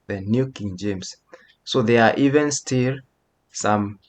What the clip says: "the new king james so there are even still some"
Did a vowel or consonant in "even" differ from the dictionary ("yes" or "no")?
no